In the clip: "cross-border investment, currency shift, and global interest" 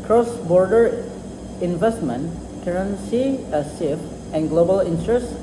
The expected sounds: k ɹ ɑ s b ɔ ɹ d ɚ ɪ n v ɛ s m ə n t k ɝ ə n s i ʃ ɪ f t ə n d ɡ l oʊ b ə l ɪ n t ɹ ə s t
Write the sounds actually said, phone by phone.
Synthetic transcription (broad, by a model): k ɹ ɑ s b ɔ ɹ d ɚ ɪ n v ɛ s m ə n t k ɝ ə n s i s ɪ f ə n ɡ l oʊ b ə l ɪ n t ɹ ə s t